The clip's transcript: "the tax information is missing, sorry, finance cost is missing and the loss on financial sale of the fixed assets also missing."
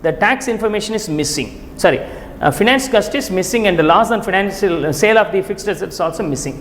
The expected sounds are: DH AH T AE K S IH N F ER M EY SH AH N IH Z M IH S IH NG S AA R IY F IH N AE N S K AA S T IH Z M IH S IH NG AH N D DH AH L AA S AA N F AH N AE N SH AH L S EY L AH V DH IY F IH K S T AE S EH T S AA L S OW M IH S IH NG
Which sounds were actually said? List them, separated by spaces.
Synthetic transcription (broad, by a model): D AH T AE K S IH N F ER M EY SH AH N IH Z M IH S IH NG S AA R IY F IH N AE N S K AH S T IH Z M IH S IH NG AH N D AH L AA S AA N F AH N AE N SH AH L S EY L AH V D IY F IH K S T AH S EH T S AA L S OW M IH S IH NG